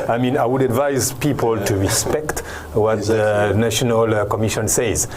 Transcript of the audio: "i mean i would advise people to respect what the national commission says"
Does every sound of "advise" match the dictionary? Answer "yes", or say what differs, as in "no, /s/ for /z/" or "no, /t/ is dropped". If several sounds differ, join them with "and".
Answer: yes